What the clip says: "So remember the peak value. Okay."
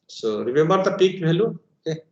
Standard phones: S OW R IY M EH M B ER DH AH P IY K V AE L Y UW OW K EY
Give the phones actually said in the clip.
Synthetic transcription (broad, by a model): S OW R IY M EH M B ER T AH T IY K B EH L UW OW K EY